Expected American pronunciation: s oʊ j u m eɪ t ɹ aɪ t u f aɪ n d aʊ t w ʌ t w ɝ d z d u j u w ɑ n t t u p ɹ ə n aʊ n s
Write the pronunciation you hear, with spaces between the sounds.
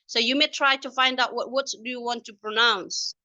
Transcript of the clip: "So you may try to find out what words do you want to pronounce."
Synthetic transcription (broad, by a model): s oʊ j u m eɪ t ɹ aɪ t u f aɪ n d aʊ t w ʌ t w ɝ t d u j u w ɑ n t t u p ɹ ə n aʊ n s